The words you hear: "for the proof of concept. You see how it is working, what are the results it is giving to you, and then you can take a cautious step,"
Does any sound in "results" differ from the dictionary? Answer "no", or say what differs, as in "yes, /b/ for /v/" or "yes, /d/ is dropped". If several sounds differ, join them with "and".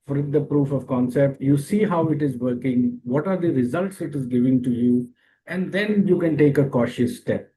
no